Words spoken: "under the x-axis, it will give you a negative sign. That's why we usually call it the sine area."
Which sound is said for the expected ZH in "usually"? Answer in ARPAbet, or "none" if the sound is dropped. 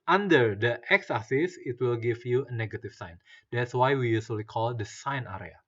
S